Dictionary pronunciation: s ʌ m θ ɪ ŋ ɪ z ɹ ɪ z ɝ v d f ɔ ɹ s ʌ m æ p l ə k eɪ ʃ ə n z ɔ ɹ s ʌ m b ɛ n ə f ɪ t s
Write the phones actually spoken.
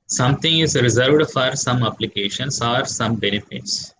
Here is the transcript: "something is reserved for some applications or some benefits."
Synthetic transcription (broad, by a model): s ʌ m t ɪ ŋ ɪ z ɹ ɪ z ɝ v d f ɔ ɹ s ʌ m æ p l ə k eɪ ʃ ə n s ɔ ɹ s ʌ m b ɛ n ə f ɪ t s